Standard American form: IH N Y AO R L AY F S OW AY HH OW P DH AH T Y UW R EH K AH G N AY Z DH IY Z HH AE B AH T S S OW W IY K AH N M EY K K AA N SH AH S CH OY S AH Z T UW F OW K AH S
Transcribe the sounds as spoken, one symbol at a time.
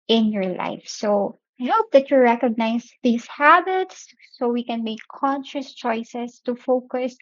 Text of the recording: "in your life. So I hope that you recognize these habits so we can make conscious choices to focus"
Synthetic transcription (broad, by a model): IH N Y AO R L AY F S OW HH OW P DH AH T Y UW R EH K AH G N AY S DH IY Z HH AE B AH T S S OW W IY K AH N M EY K K AA N SH AH S CH OY S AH S T UW F OW K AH S